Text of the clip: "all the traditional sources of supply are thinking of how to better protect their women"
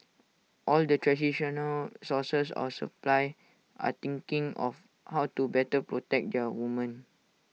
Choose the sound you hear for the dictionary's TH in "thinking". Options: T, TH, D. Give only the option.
T